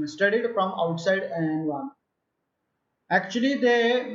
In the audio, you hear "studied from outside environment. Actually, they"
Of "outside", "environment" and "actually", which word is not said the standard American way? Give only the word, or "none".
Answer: environment